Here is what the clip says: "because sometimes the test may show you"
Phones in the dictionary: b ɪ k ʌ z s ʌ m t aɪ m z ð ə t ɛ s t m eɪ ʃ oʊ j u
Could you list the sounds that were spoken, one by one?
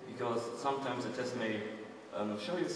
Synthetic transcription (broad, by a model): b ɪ k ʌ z s ʌ m t aɪ m z ð ə t ɛ s t m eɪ ʃ oʊ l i